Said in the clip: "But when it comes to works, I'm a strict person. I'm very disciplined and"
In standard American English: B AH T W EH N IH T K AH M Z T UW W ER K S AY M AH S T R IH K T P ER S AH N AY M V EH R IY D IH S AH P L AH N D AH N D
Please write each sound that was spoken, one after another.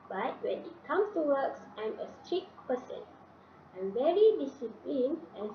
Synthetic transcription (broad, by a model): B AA T W EH N IH T K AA M S T UW W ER K S AY M AH S T R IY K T P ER S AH N AY M V EH R IY D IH S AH P L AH N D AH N